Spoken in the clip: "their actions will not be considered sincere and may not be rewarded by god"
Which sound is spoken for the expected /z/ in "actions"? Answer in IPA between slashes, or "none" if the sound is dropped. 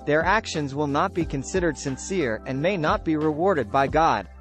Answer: /z/